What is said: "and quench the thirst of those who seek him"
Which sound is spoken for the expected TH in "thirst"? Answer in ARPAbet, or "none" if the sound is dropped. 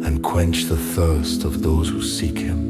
TH